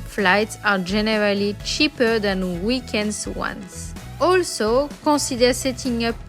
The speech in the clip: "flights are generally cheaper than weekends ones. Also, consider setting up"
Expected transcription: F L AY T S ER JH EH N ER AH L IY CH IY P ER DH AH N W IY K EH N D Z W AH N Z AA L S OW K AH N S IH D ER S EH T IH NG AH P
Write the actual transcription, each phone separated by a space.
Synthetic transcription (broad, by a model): F L AY T S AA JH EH N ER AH L IY CH IY P ER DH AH N W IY K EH N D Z W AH N S AA L S OW K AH S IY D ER S EH T IH NG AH P